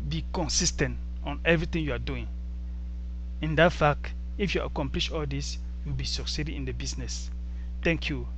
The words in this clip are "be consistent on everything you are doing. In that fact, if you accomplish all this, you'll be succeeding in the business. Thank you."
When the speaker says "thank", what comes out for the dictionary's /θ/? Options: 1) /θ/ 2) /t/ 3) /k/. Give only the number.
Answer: 2